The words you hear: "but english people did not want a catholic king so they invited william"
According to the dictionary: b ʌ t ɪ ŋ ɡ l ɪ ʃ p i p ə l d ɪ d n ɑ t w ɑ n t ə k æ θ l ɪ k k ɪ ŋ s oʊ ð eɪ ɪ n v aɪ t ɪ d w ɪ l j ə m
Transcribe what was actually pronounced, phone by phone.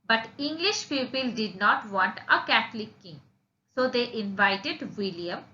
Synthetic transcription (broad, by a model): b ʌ t ɪ ŋ ɡ l ɪ ʃ p i p ə l d ɪ d n ɑ t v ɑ n t ə k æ t l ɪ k k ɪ ŋ s oʊ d eɪ ɪ n v aɪ t ɪ d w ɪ l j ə m